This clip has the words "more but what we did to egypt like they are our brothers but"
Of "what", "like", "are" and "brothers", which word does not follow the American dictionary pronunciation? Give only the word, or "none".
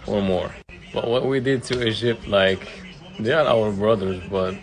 none